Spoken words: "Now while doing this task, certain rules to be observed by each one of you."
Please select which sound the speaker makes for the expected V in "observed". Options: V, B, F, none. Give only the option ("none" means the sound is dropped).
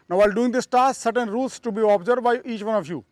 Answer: none